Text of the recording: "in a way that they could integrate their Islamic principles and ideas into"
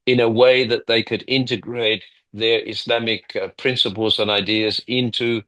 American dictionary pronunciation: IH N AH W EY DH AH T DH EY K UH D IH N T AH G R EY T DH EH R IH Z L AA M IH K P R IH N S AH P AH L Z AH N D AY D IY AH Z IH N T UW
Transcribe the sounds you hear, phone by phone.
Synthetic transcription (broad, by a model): IH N AH W EY DH AH T DH EY K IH D IH N T AH G R EY T DH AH R IH S L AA M IH K P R IH N S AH P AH L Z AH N AY D IY AH Z IH N T UW